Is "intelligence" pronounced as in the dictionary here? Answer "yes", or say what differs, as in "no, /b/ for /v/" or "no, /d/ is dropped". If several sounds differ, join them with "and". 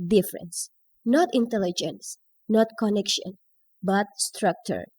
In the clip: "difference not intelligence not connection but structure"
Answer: yes